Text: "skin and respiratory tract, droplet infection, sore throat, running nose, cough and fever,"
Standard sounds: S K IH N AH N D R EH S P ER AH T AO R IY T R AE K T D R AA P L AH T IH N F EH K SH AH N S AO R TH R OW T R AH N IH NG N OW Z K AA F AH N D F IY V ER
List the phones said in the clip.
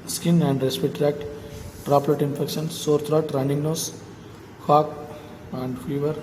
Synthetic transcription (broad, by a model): S K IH N AH N D R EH S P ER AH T T R AE K T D R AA P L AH T IH N F EH K SH AH N S AO R T R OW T R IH N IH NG N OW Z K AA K AH N D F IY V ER